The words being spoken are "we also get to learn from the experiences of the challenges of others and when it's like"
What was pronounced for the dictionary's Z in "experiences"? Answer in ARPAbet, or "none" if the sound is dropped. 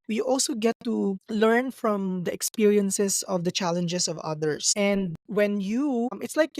S